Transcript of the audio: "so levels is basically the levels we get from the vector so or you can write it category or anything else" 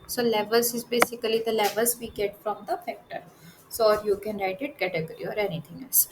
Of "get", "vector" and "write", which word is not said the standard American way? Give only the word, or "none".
vector